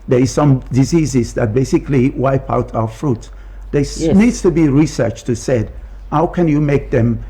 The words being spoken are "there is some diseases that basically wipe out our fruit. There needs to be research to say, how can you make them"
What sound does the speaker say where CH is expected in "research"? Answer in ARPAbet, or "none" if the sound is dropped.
CH